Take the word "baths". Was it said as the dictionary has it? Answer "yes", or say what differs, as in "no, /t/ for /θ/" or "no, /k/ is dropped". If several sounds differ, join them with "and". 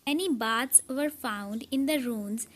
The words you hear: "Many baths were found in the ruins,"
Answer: no, /t/ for /θ/